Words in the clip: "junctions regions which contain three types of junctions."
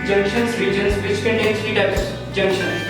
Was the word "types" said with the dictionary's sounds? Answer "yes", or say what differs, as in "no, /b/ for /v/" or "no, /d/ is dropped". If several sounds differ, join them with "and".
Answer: no, /p/ is dropped